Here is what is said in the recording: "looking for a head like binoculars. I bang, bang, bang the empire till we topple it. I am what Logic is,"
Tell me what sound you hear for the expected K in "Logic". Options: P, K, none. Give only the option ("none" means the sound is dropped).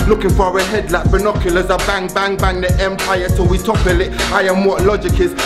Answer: K